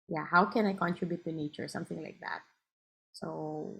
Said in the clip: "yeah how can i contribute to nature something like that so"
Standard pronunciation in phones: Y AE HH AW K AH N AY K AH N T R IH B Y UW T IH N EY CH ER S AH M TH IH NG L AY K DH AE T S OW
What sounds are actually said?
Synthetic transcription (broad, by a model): Y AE HH AW K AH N AY K AH N T R IH B Y UW T IH N EY CH ER S AH M TH IH NG L AY K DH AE T S OW